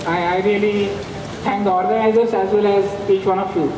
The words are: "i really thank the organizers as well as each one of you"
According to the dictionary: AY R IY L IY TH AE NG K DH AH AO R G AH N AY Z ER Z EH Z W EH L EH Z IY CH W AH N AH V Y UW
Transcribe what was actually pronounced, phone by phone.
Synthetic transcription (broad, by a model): AY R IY L IY T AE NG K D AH AO R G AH N AY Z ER S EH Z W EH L EH Z IY CH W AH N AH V Y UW